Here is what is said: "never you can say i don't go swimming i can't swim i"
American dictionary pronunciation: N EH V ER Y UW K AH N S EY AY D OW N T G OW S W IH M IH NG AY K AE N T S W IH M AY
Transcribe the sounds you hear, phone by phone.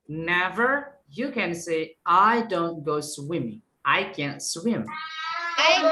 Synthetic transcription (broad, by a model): N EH V ER Y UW K AH N S EY AY D OW N T G OW S W IH M IH NG AY K AE N T S W IH M